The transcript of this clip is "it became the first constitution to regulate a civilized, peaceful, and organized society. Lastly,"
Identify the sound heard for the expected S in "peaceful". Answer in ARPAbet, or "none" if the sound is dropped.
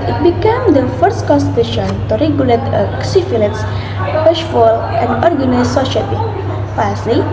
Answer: SH